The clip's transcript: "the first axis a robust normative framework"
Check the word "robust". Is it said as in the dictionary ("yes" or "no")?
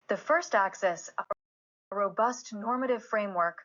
yes